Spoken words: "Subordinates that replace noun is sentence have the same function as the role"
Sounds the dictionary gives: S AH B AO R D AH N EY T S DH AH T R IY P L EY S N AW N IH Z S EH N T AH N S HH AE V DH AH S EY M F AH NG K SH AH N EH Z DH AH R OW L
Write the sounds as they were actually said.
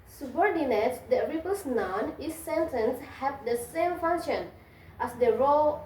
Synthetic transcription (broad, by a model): S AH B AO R D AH N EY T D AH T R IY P EY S N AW N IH S EH N T AH N S HH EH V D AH S EY M F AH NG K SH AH N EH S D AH R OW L